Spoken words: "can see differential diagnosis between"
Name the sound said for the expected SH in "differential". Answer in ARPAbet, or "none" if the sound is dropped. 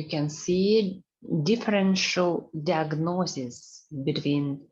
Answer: SH